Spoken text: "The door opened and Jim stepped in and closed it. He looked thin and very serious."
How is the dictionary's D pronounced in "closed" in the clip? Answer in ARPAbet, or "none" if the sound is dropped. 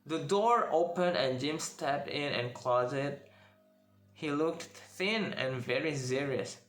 none